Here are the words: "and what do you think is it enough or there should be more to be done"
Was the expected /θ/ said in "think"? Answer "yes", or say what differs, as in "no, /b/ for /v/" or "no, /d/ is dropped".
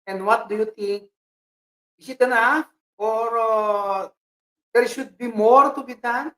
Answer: no, /t/ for /θ/